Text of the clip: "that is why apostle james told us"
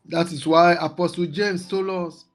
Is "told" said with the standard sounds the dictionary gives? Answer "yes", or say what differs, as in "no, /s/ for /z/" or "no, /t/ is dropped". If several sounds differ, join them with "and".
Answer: no, /d/ is dropped